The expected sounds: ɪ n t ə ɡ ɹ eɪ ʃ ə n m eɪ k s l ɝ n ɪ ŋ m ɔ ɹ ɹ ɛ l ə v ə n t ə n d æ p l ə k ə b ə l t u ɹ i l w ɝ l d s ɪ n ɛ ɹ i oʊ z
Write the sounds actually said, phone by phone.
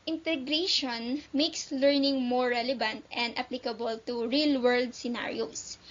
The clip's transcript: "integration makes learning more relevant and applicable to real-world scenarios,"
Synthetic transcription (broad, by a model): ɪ n t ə ɡ ɹ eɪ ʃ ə n m eɪ k s l ɝ n ɪ ŋ m ɔ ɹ ɹ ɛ l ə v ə n t ə n d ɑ p l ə k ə b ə l t u ɹ i l w ɝ l d s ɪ n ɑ ɹ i oʊ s